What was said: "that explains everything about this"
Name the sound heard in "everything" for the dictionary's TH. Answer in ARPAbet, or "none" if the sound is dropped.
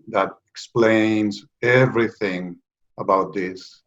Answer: TH